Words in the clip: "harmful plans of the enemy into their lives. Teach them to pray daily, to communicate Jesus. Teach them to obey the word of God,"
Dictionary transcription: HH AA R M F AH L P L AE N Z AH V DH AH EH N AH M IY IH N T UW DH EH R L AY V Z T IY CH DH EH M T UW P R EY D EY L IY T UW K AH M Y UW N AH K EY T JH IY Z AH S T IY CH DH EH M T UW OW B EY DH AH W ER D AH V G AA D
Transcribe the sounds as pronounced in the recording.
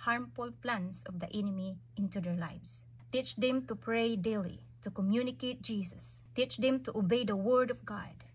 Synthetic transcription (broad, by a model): HH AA R M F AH L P L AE N S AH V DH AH EH N AH M IY IH N T UW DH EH R L AY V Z T IY CH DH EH M T UW P R EY D EY L IY T UW K AH M Y UW N AH K EY T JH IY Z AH S T IY CH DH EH M T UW OW B EY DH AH W ER D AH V G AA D